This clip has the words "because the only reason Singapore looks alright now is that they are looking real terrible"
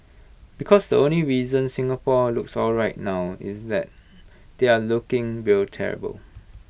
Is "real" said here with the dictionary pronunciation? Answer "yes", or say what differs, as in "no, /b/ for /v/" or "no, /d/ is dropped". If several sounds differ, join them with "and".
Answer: no, /w/ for /ɹ/